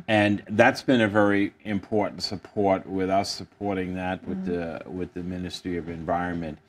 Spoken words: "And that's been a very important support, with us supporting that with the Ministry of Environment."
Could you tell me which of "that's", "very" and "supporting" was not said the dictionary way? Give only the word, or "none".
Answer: none